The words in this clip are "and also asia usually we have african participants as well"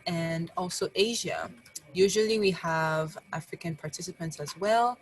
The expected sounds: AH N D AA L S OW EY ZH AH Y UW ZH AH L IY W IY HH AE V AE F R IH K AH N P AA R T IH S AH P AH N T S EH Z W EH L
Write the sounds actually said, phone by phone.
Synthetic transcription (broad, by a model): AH N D AA L S OW EY ZH AH Y UW ZH AH L IY W IY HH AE V AE F R IH K AH N P AA R T IH S AH P AH N T S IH Z W EH L